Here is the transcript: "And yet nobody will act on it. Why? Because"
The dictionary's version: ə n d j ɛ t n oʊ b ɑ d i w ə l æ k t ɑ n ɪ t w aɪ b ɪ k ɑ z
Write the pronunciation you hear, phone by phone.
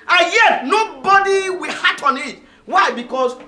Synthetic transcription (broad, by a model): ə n j ɛ t n oʊ b ɑ d i w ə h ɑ t ɑ n ɪ t w aɪ b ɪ k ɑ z